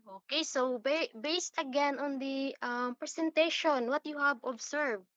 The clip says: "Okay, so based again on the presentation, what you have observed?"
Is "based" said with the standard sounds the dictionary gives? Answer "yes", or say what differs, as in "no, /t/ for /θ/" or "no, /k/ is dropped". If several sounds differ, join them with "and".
yes